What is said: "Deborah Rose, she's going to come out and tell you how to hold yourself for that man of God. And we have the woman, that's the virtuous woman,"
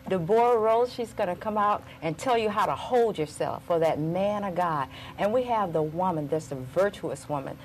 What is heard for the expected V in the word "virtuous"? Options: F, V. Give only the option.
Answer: V